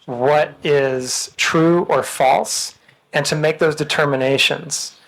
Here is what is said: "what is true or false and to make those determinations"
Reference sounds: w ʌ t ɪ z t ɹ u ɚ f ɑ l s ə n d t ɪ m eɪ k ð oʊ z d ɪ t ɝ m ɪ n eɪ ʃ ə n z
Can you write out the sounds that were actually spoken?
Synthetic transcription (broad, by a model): w ʌ t ɪ z t ɹ u ɚ f ɑ l s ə n t ɪ m eɪ k ð oʊ z d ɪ t ɝ m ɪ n eɪ ʃ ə n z